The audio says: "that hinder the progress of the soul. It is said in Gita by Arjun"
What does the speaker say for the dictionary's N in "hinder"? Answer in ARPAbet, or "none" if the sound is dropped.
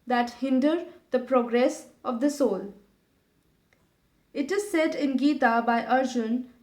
N